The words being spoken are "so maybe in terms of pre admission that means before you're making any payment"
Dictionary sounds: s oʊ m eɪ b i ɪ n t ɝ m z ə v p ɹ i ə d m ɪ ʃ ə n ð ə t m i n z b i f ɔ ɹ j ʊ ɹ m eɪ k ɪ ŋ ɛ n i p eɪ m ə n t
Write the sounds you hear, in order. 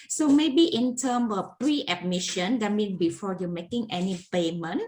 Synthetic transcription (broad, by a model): s oʊ m eɪ b i ɪ n t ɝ m ə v p ɹ i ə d m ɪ ʃ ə n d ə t m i n b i f ɔ j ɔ m eɪ k ɪ ŋ ɛ n i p eɪ m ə n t